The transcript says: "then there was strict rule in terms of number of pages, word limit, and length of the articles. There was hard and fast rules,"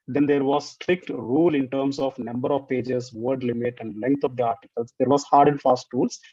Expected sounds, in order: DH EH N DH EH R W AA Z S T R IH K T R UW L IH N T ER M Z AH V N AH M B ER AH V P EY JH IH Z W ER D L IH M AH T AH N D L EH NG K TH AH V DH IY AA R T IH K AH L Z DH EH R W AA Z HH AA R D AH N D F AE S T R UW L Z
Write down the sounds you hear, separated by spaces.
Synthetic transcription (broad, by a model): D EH N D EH R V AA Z S T R IH K T R UW L IH N T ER M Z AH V N AH M B ER AH V P EY JH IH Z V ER D L IH M AH T AH N D L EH NG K T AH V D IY AA R T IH K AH L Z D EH R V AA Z HH AA R D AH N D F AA S T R UW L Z